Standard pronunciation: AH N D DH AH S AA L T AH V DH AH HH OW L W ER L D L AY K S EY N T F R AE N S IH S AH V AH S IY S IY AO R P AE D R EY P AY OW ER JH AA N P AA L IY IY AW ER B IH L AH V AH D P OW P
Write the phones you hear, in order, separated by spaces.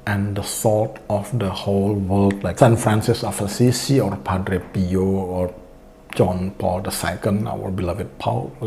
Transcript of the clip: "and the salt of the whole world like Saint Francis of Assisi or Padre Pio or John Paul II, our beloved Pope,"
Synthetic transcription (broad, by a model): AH N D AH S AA T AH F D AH HH OW L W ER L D L AY K S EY N F R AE N S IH S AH F AH S IY S IY AO R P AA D R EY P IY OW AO JH AA N P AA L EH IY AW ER B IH L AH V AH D P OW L